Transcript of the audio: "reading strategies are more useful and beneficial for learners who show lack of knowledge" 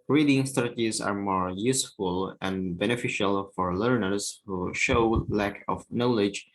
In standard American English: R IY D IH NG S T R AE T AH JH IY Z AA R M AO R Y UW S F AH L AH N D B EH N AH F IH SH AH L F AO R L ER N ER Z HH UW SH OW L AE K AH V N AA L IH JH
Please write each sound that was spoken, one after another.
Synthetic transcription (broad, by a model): R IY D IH NG S T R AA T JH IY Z AA R M AO R Y UW S F AH L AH N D B EH N AH F IH SH AH L F AO R L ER N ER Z HH UW SH OW L AE K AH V N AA L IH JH